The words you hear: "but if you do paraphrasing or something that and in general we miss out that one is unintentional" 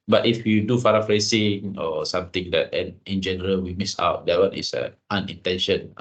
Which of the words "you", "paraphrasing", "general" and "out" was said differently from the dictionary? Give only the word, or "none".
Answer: paraphrasing